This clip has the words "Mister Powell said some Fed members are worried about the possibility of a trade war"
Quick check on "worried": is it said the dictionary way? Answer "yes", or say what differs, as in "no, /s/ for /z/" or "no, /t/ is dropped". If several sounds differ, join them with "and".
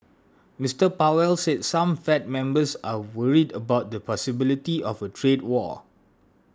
yes